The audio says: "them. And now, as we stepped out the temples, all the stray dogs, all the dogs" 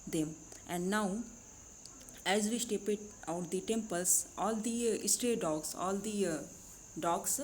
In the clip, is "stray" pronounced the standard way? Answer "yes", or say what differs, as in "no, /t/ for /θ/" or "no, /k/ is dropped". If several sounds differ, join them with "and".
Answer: yes